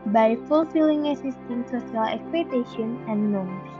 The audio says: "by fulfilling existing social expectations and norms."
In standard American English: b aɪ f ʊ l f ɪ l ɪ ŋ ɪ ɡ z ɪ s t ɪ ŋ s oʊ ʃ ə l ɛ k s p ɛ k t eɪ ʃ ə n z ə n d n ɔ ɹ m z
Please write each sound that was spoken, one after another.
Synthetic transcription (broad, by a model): b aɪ f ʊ l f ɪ l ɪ ŋ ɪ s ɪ s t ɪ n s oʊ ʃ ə l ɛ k s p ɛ t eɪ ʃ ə n ə n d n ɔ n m